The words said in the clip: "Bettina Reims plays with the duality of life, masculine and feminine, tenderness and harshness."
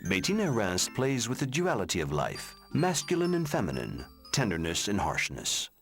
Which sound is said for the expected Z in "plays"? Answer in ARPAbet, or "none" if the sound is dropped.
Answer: Z